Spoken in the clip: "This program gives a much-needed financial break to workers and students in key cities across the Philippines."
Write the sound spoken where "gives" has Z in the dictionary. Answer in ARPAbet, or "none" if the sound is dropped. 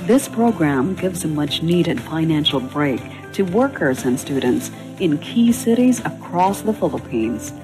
Z